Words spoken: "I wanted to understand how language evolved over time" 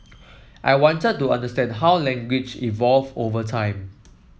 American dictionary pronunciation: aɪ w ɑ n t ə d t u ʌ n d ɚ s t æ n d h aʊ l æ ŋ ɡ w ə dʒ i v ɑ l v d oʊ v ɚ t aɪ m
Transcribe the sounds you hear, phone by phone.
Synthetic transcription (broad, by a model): aɪ w ɑ n t ə d t u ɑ n d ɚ s t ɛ n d h aʊ l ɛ ŋ ɡ w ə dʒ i v ɑ l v oʊ v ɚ t aɪ m